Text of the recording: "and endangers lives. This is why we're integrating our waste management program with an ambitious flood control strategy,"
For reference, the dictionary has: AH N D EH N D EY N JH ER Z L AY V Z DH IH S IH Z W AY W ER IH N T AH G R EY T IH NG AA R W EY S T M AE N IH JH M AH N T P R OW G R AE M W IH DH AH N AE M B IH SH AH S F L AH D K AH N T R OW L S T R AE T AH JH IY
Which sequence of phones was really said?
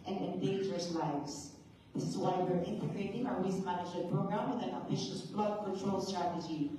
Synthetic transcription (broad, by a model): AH N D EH N D EY N JH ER S L AY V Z DH IH S IH Z W AY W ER IH N T AH G R EY T IH NG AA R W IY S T M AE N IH JH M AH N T P R OW G R AE M W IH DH AH N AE B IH SH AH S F L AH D K AH N T R OW L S T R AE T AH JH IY